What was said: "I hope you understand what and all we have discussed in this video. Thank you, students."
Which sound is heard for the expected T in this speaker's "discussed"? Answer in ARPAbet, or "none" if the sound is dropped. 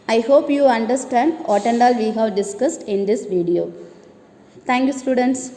T